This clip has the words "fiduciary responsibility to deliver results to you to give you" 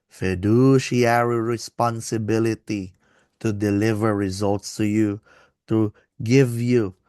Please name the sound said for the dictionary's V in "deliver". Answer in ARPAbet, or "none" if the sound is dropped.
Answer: V